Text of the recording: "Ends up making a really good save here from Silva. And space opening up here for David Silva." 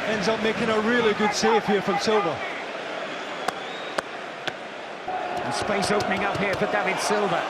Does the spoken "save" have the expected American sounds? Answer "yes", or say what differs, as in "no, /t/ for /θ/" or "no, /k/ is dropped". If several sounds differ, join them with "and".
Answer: no, /f/ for /v/